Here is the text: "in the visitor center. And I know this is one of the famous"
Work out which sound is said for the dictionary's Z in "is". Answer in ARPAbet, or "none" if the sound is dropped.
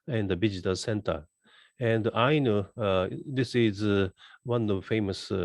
Z